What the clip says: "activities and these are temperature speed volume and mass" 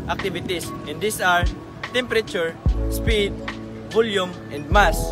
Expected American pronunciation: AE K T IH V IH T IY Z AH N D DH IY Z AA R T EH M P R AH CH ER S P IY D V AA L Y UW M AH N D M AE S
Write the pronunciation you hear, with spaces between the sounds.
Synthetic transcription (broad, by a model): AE K T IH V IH T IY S AH N D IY S AA R T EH M P R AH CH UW S P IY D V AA L Y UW M AH N D M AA S